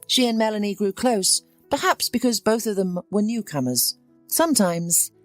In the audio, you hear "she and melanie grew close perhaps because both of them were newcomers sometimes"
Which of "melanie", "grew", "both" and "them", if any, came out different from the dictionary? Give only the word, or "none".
none